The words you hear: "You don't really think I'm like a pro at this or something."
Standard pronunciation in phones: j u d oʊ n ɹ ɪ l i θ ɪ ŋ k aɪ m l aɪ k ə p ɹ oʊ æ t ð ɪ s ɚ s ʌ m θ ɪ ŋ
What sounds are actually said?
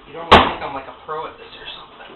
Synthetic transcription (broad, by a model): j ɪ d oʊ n w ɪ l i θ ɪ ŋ k aɪ m l aɪ k ə p ɹ oʊ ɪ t ð ɪ s ɚ s ʌ m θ ɪ ŋ